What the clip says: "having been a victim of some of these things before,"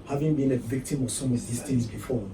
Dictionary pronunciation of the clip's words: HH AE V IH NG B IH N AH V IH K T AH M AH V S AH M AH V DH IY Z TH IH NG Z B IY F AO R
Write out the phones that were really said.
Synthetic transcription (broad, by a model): HH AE V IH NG B IH N AH V IH K T AH M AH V S AH M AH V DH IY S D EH Z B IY F AO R